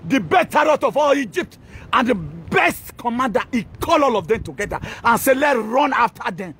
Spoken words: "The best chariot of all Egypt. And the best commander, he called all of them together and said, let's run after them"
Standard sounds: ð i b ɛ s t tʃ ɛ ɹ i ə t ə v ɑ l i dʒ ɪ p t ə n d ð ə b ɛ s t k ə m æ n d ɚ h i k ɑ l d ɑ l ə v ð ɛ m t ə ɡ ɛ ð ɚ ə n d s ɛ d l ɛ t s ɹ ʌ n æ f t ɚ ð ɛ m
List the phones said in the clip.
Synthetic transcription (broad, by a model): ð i b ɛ t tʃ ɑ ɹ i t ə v ɑ l i dʒ ɪ p t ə n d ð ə b ɛ s t k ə m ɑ n d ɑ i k ɑ l ɑ l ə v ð ɛ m t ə ɡ ɛ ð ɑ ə n s ɛ l ɛ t ɹ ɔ n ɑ f t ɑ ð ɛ m